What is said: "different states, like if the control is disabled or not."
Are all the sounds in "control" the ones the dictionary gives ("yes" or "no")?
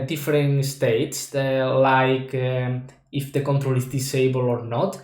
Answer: yes